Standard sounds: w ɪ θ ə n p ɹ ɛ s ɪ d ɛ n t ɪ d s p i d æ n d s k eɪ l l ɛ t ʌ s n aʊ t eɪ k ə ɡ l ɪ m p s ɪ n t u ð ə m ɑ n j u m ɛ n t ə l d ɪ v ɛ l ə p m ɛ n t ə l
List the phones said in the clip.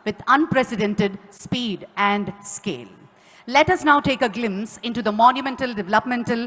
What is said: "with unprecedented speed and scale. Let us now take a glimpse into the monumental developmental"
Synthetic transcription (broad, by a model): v ɪ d ə n p ɹ ɛ s ɪ d ɛ n t ɪ d s p i d æ n d s k eɪ l l ɛ t ʌ s n aʊ t eɪ k ə ɡ l ɪ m s ɪ n t u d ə m ɑ n j u m ɛ n t ə l d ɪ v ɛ l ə p m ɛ n t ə l